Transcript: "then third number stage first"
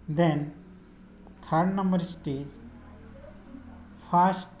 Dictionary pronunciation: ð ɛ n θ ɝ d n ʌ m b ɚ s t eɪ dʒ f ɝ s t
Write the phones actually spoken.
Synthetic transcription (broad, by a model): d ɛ n t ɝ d n ʌ m b ɚ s t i z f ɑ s t